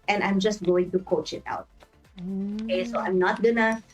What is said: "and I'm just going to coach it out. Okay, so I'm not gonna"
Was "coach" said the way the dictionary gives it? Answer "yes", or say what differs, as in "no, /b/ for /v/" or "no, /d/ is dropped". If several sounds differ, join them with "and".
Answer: yes